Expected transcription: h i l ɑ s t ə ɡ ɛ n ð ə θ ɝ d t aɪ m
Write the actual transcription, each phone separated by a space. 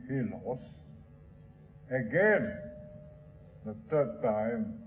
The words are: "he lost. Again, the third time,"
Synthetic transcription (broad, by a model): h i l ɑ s ə ɡ ɛ n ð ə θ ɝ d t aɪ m